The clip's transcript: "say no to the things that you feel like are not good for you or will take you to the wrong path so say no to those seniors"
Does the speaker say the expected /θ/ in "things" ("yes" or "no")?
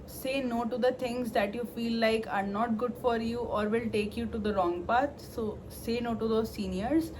no